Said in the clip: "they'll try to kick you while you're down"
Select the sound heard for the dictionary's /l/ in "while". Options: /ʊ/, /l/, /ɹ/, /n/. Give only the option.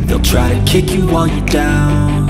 /n/